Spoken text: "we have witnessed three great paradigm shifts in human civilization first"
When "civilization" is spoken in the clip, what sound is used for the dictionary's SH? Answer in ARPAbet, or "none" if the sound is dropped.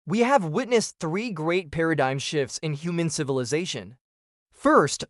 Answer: SH